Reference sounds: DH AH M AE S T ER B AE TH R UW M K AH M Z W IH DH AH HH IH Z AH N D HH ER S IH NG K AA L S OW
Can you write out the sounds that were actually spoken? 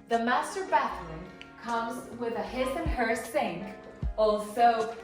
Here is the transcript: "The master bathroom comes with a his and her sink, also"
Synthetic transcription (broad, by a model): DH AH M AE S T ER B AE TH L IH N K AH M Z W IH DH AH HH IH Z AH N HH ER S IH NG K AA L S OW